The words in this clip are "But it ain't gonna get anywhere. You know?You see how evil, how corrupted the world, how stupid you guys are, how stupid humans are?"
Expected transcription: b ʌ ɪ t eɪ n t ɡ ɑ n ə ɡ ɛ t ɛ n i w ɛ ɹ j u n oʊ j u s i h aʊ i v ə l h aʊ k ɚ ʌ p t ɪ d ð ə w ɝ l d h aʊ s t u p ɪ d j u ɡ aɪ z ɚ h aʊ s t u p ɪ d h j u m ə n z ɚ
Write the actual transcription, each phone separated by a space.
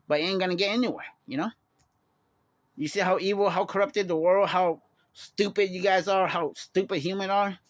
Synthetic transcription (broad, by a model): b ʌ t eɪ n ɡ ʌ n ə ɡ ɛ t ɛ n i w ɛ ɹ j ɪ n oʊ j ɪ s i h aʊ i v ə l h aʊ k ɚ ʌ p t ɪ d ð ə w ɝ l d h aʊ s t u p ɪ d j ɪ ɡ aɪ z ɚ h aʊ s t u p ɪ d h j u m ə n ɚ